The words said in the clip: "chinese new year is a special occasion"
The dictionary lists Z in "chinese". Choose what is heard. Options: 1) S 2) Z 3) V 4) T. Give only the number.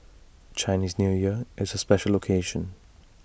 2